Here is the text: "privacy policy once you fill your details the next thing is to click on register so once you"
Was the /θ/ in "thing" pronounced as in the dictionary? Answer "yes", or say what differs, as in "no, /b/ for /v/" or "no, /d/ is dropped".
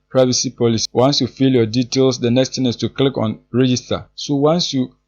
no, /t/ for /θ/